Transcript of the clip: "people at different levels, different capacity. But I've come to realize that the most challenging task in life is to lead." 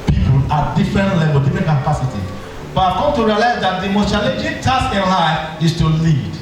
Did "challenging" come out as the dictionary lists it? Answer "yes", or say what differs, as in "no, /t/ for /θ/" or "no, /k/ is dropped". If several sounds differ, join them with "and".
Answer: no, /n/ is dropped